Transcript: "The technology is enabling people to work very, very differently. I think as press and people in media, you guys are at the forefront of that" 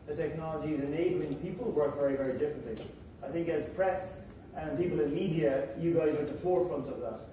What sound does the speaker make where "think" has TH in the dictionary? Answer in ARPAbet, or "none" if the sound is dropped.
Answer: TH